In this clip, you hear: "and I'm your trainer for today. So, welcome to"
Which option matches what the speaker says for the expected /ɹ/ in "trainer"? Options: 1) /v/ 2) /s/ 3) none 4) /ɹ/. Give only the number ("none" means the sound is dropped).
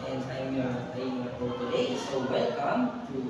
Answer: 3